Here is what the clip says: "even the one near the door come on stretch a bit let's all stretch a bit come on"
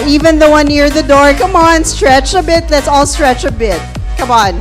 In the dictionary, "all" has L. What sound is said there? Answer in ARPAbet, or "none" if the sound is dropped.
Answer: L